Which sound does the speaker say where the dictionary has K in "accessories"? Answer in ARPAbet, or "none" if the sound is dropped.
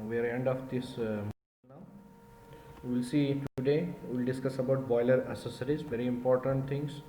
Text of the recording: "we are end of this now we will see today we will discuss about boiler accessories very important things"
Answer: none